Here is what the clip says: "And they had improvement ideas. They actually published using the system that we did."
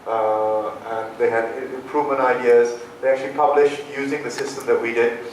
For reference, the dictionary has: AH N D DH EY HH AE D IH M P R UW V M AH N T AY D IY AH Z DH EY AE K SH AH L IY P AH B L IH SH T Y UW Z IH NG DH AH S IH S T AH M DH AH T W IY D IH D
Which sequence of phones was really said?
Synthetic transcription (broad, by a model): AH N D DH EY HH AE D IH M P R UW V AH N AY D IY AH Z DH EY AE K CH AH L IY P AH B L IH SH T Y UW Z IH NG DH AH S IH S T AH M DH AH T W IY D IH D